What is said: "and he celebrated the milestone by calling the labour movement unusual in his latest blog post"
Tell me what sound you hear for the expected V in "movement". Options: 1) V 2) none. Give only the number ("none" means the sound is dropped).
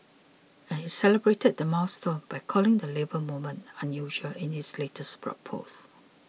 2